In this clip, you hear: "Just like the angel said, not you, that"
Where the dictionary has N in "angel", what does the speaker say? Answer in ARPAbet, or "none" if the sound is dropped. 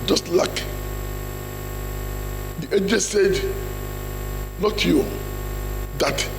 none